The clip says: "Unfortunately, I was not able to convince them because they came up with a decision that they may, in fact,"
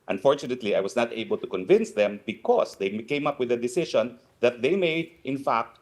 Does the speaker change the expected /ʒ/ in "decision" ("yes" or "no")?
yes